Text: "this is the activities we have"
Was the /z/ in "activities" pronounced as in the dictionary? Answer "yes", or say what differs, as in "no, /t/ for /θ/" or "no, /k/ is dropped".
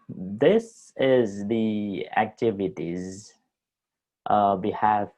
yes